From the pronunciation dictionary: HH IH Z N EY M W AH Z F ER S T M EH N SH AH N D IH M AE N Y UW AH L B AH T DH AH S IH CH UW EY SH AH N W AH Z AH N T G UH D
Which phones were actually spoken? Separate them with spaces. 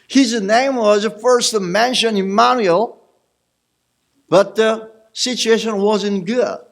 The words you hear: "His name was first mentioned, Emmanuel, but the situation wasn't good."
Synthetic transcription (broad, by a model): HH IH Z N EY M W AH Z F ER S T M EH N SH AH N IH M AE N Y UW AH L B AH T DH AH S IH CH UW EY SH AH N W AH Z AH N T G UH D